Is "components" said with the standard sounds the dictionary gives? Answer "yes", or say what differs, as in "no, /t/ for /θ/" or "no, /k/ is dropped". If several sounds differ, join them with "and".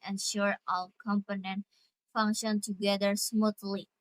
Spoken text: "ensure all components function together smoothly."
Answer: no, /s/ is dropped